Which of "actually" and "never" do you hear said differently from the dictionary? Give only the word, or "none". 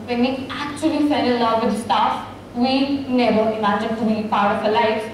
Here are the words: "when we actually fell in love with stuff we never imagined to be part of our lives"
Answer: none